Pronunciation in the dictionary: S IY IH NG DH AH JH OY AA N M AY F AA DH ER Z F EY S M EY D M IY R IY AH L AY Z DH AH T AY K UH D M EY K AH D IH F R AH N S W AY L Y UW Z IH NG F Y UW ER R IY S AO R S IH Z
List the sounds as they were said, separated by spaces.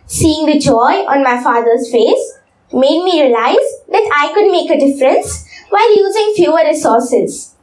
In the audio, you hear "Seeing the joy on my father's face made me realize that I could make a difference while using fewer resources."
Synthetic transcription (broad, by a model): S IY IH NG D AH JH OY AA N M AY F AA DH ER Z F EY S M EY D M IY R IY AH L AY Z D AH T AY K UH D M EY K AH D IH F R AH N S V AY L Y UW Z IH NG F Y UW ER R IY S AO R S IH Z